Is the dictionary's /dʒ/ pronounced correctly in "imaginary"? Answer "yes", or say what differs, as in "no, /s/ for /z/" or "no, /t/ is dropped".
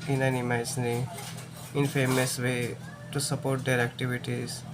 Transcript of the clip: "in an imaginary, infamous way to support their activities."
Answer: no, /dʒ/ is dropped